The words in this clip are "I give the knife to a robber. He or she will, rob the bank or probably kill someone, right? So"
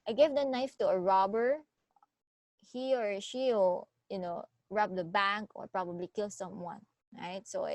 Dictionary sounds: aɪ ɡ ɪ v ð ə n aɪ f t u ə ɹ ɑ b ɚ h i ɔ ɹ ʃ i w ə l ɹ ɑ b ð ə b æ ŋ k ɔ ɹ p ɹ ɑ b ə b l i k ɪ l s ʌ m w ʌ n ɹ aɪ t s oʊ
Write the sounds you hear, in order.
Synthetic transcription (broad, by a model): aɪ ɡ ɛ v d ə n aɪ f t u ə ɹ ɑ b ɚ h i ɔ ɹ ʃ i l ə n ɹ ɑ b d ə b æ ŋ k ɔ ɹ p ɹ ɑ b ə b l i k ɪ l s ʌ m w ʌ n ɹ aɪ t s oʊ